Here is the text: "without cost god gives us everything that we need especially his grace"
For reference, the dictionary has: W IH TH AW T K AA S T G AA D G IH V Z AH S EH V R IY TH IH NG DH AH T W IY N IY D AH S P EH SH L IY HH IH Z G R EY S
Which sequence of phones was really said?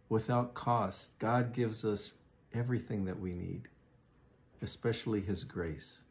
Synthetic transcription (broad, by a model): W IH TH AW T K AA S T G AA D G IH V Z AH S EH V R IY TH IH NG DH AH T W IY N IY D AH S P EH SH L IY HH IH Z G R EY S